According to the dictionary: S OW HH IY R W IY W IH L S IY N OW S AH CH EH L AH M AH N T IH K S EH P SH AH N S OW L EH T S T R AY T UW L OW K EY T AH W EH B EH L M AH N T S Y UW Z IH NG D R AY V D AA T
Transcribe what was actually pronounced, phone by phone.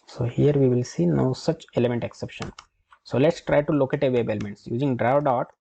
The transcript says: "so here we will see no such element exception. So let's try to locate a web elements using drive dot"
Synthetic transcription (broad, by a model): S OW HH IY R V IY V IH L S IY N OW S AH CH EH L AH M AH N T IH K S EH P SH AH N S OW L EH T S T R AY T UW L OW K EY T AH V EH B EH L M AH N T S Y UW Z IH NG D R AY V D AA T